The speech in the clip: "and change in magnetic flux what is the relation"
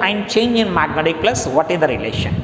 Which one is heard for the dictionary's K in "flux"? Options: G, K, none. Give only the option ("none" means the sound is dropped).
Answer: none